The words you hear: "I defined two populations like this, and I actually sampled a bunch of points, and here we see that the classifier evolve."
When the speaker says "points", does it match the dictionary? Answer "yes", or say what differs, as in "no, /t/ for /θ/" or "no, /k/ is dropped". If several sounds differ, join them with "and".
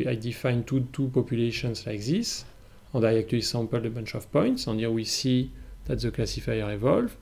yes